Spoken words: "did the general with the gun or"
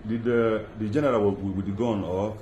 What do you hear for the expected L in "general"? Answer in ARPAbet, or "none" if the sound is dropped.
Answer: W